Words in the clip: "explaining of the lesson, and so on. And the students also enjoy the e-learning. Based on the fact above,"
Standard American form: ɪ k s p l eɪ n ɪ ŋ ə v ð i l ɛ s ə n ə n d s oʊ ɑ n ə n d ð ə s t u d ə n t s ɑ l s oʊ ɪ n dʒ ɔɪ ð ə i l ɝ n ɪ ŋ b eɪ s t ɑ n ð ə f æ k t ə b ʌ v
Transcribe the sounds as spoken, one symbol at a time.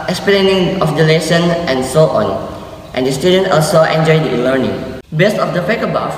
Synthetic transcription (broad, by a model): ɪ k s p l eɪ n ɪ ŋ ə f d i l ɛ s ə n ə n s oʊ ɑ n ə n d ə s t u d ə n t ɑ l s oʊ ɪ n dʒ ɔɪ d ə i l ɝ n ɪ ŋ b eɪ s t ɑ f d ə p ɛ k ə b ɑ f